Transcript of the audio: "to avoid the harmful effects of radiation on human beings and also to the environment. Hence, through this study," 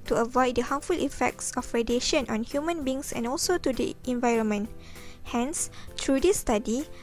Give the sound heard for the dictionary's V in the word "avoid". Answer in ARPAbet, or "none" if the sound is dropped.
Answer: V